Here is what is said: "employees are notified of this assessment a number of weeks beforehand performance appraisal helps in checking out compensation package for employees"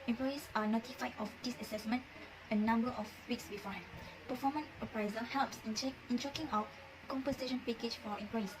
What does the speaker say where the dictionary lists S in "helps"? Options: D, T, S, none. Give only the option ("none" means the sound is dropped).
S